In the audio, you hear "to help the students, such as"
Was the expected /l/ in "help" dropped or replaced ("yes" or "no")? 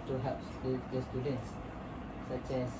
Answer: yes